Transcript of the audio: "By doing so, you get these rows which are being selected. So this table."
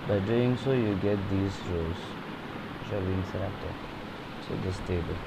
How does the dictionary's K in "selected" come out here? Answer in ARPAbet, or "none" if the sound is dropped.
none